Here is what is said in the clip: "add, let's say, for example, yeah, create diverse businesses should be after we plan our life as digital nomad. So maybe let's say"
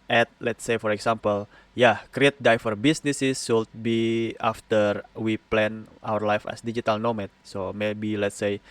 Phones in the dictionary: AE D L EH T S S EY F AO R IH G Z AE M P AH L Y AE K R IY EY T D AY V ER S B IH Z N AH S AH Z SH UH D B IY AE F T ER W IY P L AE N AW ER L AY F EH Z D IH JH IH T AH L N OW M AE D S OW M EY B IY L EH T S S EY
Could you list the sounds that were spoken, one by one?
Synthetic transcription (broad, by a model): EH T L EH T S S EY F AO R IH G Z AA M P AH L Y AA K R IY EY T D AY F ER B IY S N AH S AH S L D B IY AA F T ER W IY P L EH N AW ER L AY F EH S D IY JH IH T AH L N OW M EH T S OW M EY B IY L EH T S S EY